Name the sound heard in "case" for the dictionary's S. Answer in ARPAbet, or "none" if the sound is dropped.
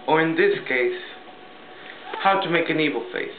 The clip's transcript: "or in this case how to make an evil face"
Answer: S